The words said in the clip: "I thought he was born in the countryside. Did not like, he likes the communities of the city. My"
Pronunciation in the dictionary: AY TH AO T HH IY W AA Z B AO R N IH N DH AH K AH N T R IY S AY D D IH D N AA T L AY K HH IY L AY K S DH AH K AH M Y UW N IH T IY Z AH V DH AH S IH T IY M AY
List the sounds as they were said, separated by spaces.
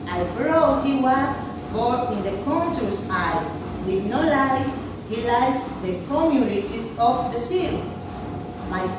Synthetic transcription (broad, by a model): AY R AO HH IY W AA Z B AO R IH N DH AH K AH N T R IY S AY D D IH D N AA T L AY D HH IY L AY S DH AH K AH M Y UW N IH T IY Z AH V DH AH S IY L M AY